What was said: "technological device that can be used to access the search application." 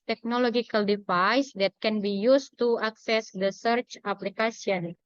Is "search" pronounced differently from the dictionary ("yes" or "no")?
no